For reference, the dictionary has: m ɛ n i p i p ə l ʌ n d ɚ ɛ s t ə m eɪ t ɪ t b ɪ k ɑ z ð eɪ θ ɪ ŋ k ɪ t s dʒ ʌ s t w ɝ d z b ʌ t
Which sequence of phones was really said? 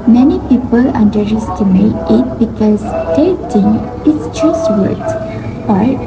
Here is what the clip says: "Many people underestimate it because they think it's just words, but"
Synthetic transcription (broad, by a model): m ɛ n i p i p ə l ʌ n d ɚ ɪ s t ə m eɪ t ɪ t b ɪ k ɑ z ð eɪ t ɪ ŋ ɪ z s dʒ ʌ s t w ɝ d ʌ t